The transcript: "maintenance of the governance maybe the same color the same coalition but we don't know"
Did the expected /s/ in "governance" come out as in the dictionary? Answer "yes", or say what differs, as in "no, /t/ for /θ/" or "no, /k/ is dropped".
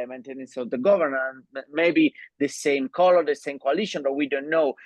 no, /s/ is dropped